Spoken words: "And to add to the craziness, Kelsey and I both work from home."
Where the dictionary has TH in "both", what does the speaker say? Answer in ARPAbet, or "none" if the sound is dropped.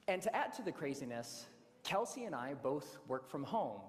TH